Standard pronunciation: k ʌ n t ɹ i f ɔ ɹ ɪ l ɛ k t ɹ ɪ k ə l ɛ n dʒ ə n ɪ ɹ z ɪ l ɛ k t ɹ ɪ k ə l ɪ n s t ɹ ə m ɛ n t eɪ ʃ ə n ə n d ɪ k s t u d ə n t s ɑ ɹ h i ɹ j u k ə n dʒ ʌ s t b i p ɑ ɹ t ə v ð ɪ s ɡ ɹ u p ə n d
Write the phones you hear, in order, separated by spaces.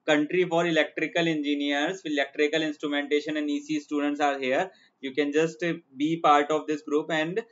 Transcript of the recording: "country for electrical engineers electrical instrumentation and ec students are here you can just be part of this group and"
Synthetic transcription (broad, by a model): k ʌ n t ɹ i f ɔ ɹ ɪ l ɛ k t ɹ ɪ k ə l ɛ n dʒ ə n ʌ ɹ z ɪ l ɛ k t ɹ ɪ k ə l ɪ n s t ɹ ə m ɛ n t eɪ ʃ ə n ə n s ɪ s t u d ə n t s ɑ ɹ h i ɹ j u k ə n dʒ ʌ s t b i p ɑ ɹ t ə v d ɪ s ɡ ɹ u p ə n d